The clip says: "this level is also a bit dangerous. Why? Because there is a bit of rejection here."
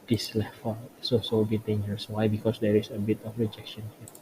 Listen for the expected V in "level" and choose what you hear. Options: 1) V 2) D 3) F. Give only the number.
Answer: 3